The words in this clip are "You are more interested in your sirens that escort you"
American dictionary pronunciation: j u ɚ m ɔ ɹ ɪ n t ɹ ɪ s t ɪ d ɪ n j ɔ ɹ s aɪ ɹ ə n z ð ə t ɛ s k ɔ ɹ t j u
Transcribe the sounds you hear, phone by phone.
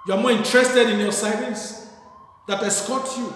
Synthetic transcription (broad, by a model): j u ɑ m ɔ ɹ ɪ n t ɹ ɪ s t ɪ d ɪ n j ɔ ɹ s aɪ l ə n s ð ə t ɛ s k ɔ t j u